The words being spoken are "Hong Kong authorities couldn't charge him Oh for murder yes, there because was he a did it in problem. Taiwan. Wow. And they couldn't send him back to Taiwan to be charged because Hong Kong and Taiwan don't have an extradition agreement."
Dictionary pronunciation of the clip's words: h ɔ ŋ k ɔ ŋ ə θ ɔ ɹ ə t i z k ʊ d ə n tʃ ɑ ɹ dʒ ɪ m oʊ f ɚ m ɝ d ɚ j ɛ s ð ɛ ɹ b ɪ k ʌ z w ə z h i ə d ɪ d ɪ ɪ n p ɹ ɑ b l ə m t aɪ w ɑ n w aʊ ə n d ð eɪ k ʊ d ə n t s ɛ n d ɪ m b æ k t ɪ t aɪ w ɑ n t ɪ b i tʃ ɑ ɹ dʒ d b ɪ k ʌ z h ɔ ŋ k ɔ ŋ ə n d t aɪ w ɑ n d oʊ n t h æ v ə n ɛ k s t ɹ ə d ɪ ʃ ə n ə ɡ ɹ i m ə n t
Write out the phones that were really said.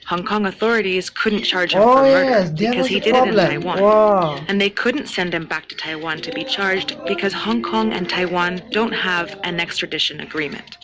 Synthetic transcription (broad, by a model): h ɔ ŋ k ɔ ŋ ə θ ɔ ɹ ə t i z k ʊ d n tʃ ɑ ɹ dʒ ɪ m oʊ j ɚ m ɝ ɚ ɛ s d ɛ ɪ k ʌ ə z h i d ɪ d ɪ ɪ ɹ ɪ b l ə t aɪ w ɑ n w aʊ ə n ð eɪ k ʊ d n t s ɛ n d ɪ m b æ k t ɪ t aɪ w ɑ n t ɪ b i tʃ ɑ ɹ dʒ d b ɪ k ʌ z h ɔ ŋ k ɔ ŋ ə n t aɪ w ɑ n d oʊ n t h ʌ v ə n ɛ k s t ɹ ə d ɪ ʃ ə n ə ɡ ɹ i m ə n t